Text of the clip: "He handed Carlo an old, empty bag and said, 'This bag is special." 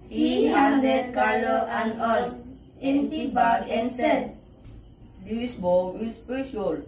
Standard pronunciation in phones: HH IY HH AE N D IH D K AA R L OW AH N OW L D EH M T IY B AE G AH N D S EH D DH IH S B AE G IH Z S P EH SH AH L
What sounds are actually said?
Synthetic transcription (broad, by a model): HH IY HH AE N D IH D K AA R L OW AH N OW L EH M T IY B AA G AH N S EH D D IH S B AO IH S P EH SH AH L